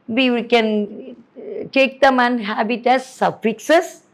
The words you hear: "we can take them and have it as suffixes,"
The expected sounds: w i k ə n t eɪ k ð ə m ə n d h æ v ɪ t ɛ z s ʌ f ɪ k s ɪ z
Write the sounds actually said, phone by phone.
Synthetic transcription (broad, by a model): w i k ə n t eɪ k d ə m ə n h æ b ɪ t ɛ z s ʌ f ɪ k s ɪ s